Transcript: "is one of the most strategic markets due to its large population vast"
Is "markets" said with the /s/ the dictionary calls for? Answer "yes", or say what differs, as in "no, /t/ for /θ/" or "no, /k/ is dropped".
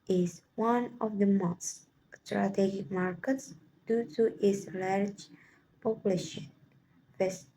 yes